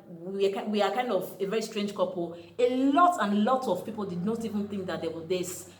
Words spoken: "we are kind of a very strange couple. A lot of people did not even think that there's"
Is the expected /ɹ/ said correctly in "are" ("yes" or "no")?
no